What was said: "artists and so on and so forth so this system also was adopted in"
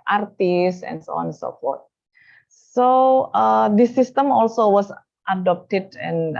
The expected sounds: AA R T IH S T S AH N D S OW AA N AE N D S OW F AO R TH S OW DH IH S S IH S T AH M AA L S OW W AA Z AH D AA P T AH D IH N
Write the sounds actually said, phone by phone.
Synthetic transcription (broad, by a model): AA R T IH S S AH N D S OW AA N N S OW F AO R T S OW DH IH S S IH S T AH M AA L S OW W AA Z AH D AA P T AH D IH N